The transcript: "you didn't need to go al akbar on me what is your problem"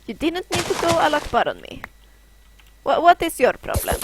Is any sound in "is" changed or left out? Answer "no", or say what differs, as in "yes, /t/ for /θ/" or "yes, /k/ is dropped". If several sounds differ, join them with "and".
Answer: yes, /s/ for /z/